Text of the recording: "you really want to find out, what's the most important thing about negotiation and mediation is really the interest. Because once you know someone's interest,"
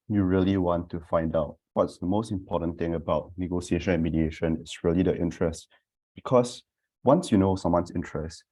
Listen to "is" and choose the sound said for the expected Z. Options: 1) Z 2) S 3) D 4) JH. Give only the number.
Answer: 2